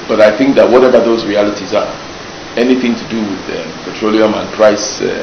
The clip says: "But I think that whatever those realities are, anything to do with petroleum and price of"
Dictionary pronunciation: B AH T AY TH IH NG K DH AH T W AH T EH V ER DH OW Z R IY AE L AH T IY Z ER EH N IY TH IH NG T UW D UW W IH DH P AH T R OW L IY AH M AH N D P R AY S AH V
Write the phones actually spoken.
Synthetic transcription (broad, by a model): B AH T AY TH IH NG K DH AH T W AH T EH V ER DH OW Z R IY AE L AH T IY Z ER EH N IY TH IH NG T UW D UW W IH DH P AH T R OW L IY AH M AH N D P R AY S